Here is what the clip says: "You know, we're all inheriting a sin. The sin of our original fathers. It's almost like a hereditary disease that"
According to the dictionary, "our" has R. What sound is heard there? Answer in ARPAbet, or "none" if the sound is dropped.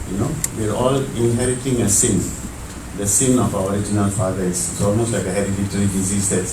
R